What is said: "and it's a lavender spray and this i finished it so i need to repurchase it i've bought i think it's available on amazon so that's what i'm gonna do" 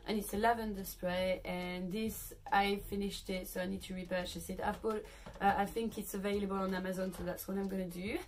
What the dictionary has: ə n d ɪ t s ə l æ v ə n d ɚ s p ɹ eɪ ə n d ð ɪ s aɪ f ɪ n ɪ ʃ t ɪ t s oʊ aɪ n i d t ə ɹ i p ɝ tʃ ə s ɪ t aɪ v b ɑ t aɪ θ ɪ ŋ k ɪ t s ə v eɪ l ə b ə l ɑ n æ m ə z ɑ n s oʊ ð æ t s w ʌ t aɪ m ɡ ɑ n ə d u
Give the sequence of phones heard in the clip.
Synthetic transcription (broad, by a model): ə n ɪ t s ə l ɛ v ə n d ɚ s p ɹ eɪ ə n ð ɪ s aɪ f ɪ n ɪ ʃ t ɪ t s oʊ aɪ n i d t ə ɹ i p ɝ tʃ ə s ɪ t aɪ v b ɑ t aɪ θ ɪ ŋ k ɪ t s ə v eɪ l ə b ə l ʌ n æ m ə z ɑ n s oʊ ð æ t s w ʌ t aɪ m ɡ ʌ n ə d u